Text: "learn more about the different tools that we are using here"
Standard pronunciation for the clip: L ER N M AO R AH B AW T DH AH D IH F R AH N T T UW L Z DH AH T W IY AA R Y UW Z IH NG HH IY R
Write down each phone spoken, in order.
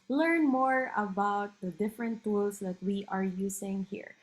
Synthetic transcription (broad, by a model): L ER N M AO R AH B AW T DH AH D IH F R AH N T T UW L S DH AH T W IY AA R Y UW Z IH NG HH IY R